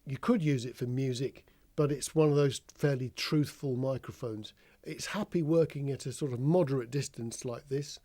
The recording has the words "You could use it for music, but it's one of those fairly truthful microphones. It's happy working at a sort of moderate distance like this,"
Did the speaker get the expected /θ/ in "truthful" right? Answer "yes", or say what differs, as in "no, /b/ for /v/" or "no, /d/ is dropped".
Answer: yes